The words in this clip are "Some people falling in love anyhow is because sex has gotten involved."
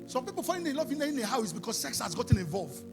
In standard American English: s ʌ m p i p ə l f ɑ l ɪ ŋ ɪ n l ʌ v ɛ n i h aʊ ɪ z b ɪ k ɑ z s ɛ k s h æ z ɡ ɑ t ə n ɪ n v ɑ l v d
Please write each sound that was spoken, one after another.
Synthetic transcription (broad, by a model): s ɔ m p i p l f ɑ ɪ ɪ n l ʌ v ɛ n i h aʊ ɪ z b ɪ k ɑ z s ɛ k s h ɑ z ɡ ɑ t ə n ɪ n v ɑ l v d